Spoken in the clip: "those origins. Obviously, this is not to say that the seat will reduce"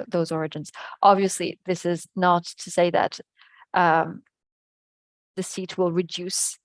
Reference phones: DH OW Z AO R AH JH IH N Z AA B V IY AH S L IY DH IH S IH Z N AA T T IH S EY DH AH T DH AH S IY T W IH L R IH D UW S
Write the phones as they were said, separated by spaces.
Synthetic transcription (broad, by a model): DH OW Z AO R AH JH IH N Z AA B V IY AH S L IY DH IH S IH Z N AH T T IH S EY DH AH T DH AH S IY T W IH L R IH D UW S